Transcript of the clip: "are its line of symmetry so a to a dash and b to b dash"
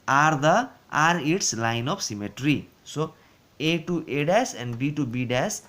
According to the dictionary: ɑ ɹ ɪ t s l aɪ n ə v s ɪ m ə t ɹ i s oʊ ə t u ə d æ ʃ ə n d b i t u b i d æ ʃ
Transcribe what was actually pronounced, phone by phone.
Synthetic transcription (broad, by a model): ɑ ɹ ɪ t s l aɪ n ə p s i m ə t ɹ i s oʊ ə t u ə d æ s ə n d b i t u b i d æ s